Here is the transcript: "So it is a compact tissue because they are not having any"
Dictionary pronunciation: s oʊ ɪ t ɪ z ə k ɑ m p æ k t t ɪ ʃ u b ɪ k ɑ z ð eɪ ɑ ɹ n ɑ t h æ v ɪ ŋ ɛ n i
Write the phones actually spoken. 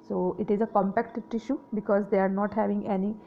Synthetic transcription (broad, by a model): s oʊ ɪ t ɪ z ə k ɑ m p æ k t t ɪ ʃ u b ɪ k ɑ z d eɪ ɑ ɹ n ɑ t h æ v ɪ ŋ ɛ n i